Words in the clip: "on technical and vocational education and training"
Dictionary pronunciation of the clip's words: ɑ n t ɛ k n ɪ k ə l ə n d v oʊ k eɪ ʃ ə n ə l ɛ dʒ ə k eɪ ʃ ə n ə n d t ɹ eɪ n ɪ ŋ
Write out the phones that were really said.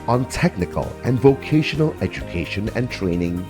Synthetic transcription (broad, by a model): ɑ n t ɛ k n ɪ k ə l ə n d v oʊ k eɪ ʃ ə n ə l ɛ dʒ ə k eɪ ʃ ə n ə n t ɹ eɪ n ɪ ŋ